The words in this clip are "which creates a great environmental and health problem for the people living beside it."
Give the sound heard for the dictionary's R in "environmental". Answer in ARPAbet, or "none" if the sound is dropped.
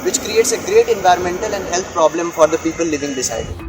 R